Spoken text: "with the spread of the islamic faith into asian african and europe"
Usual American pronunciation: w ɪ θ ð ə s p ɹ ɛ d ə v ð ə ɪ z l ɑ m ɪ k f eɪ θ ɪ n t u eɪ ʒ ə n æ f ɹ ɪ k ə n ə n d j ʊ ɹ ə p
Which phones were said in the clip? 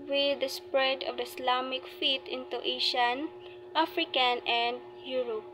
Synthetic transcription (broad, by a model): w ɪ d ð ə s p ɹ ɛ d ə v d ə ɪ s l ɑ m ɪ k f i t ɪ n t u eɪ ʃ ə n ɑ f ɹ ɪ k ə n ə n d j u ɹ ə p